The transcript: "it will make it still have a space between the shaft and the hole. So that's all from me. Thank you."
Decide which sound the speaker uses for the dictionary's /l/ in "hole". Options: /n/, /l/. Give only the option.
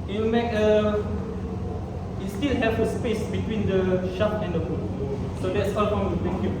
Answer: /n/